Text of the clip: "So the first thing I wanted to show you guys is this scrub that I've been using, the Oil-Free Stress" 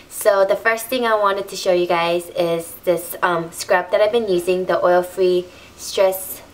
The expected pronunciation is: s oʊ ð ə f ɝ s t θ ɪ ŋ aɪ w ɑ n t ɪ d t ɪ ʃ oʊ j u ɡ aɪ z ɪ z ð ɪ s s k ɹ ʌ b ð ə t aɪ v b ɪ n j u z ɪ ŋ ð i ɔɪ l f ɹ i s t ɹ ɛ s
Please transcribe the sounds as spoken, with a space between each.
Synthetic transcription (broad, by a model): s oʊ ð ə f ɝ s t θ ɪ ŋ aɪ w ɑ n t ɪ d t ɪ ʃ oʊ j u ɡ aɪ z ɪ z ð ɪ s s k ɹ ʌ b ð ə t aɪ v b ɪ n j u z ɪ ŋ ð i ɔɪ l f ɹ i s t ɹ ɛ s